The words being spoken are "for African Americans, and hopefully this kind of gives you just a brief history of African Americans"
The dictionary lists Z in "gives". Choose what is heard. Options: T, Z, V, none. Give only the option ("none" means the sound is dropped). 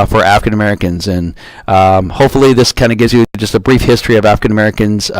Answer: Z